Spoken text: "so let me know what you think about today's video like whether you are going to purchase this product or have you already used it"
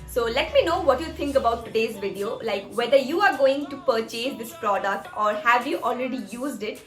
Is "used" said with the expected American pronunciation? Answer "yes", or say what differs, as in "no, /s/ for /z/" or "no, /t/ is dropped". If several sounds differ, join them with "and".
yes